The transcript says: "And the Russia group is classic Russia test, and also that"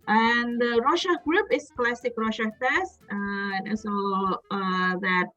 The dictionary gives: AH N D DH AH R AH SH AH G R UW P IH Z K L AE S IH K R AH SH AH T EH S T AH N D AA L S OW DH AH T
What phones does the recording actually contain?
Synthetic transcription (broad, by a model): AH N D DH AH R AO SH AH G R UW P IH S K L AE S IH K R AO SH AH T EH S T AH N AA S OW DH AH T